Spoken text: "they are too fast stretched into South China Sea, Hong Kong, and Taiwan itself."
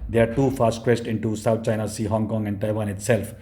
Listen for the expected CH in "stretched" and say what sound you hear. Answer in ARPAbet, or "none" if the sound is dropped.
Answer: S